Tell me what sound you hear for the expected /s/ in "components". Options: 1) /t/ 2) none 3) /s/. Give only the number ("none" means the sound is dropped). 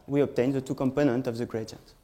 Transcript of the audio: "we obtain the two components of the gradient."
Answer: 2